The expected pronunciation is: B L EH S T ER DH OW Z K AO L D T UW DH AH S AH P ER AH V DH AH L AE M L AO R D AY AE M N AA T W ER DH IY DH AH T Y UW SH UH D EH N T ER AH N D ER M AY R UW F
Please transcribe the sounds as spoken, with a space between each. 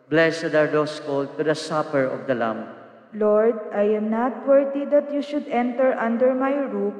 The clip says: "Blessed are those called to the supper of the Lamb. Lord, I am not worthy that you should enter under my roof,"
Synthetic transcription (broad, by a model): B L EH S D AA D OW S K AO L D T UW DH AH S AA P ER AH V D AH L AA M L AO R D AY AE M N AA T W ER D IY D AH T Y UW SH UH D EH N T ER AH N D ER M AY R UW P